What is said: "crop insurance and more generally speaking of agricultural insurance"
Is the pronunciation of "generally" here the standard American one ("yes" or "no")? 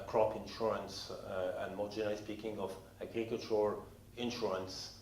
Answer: no